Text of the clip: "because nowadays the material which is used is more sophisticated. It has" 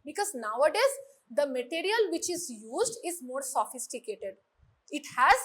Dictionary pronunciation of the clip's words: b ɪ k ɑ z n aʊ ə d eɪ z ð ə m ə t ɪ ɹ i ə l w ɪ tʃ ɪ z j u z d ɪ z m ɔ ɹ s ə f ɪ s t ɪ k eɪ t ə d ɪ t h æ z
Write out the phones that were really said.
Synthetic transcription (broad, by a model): b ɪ k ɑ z n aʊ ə d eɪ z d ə m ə t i ɹ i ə l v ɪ tʃ ɪ z j u z d ɪ z m ɔ ɹ s ə f ɪ s t ɪ k eɪ t ə d ɪ t h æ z